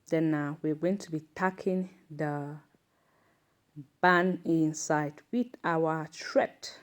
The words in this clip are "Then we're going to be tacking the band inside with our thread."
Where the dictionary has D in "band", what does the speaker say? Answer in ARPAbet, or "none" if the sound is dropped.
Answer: none